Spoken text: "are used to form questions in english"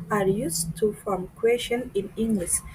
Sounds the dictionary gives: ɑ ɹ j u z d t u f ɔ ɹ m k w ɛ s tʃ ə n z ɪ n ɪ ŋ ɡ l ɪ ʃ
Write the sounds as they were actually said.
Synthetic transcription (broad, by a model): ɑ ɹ j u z t u f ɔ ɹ m k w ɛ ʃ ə n ɪ n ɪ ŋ ɡ l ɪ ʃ